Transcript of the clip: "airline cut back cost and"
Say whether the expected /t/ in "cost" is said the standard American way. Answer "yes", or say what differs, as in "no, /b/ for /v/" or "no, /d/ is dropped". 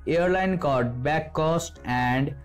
yes